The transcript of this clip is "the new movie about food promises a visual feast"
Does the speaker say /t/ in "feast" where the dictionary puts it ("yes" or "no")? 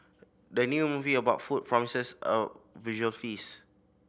no